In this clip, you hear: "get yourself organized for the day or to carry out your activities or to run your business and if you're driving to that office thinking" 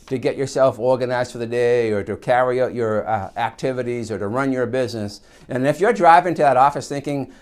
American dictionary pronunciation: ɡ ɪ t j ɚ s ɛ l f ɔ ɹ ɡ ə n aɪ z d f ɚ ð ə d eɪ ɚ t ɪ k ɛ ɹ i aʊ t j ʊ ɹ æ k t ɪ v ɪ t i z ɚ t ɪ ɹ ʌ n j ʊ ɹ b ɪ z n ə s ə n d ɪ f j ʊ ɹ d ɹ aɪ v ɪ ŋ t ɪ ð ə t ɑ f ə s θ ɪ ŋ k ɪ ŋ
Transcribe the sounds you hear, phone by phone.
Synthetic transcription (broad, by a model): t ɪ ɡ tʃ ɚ s ɛ l f ɔ ɹ ɡ ə n aɪ z d f ɚ ð ə d eɪ ɚ t ɪ k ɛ ɹ i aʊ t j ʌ ɹ æ k t ɪ v ɪ t i z ɚ t ɪ ɹ ʌ n j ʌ ɹ b ɪ z n ə s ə n ɪ f j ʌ ɹ d ɹ aɪ v ɪ ŋ t ɪ ð ə t ɑ f ə s θ ɪ ŋ k ɪ ŋ